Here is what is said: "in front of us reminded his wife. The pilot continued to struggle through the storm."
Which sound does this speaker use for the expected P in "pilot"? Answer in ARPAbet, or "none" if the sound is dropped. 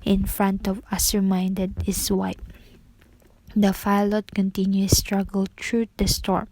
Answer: F